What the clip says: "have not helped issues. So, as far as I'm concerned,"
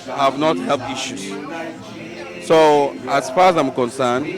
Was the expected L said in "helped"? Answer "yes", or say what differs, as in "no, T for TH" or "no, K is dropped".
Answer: yes